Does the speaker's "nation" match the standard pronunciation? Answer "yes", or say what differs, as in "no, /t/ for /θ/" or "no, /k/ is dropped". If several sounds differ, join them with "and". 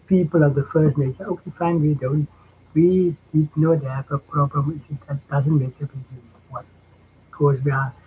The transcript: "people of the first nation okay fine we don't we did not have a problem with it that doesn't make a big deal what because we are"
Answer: no, /s/ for /ʃ/ and /n/ is dropped